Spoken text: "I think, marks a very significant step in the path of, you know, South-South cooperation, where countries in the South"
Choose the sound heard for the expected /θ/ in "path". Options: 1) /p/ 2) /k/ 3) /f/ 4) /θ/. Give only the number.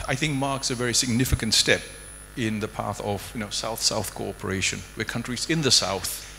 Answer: 4